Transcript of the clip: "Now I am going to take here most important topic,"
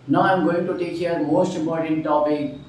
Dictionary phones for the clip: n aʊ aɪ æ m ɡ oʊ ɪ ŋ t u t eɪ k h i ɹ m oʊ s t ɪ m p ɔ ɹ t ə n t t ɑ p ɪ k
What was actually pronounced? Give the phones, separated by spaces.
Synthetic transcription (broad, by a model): n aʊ aɪ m ɡ oʊ ɪ ŋ t u t eɪ k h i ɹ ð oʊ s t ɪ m ɔ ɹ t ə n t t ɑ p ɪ